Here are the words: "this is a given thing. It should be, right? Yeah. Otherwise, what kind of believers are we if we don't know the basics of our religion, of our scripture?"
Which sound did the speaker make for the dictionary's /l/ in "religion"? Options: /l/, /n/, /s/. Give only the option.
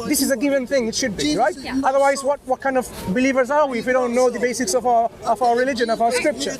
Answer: /l/